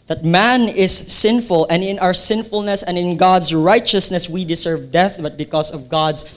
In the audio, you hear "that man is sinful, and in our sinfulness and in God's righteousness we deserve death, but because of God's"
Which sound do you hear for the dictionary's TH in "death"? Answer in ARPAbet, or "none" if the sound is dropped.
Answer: TH